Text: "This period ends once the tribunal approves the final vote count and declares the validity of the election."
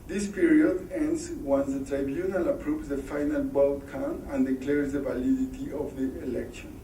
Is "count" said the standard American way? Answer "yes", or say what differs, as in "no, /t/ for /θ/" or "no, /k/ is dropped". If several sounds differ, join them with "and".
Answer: no, /t/ is dropped